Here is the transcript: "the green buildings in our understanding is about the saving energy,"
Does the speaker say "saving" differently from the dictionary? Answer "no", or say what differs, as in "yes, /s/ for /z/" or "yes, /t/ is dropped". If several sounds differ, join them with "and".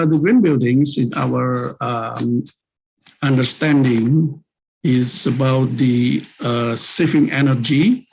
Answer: yes, /f/ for /v/